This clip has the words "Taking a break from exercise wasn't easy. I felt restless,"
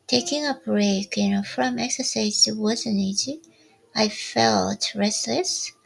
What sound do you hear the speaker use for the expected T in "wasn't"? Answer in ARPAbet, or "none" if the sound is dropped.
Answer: none